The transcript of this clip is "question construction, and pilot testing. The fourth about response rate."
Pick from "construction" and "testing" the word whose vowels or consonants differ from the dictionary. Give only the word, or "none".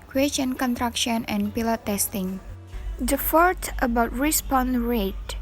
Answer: construction